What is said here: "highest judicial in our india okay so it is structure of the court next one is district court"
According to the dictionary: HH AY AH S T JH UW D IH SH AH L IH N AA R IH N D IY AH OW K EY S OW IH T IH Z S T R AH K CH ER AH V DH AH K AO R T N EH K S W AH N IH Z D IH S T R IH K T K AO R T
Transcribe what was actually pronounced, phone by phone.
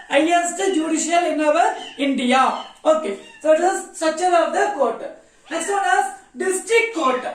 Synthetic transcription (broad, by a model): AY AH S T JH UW D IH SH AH L IH N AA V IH N D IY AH OW K EY S OW IH T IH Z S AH CH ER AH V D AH K AO R T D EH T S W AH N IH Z D IH S T R IH K T K AO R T